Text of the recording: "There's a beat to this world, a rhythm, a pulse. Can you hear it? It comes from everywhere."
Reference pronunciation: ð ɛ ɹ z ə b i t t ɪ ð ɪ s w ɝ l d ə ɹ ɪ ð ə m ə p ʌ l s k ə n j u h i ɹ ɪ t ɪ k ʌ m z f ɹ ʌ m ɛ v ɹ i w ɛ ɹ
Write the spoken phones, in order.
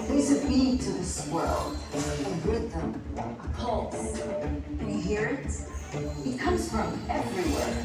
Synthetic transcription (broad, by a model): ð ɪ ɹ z ə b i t t ɪ ð ɪ s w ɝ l ə w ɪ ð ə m ə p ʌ l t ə h i ɹ ɪ t ɪ k ʌ m z f ɹ ʌ m ɛ v ɹ i w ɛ ɹ